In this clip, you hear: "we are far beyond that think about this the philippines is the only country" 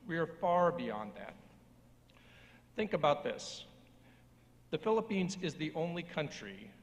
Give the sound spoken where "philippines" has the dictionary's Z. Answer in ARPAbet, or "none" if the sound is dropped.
Z